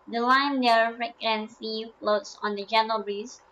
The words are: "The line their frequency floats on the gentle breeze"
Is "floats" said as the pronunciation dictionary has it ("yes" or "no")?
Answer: yes